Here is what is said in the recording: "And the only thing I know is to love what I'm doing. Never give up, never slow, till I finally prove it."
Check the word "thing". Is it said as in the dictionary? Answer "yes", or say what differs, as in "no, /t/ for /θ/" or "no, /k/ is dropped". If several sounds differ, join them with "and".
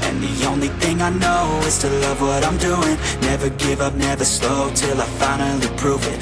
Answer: yes